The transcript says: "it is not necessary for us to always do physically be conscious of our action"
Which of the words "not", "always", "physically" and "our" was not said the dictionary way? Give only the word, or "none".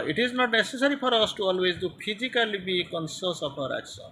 physically